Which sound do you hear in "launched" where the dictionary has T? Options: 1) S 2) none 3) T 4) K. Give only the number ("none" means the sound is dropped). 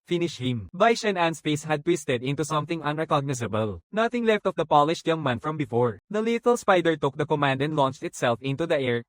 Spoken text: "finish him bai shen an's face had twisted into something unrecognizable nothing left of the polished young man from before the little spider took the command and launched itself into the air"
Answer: 3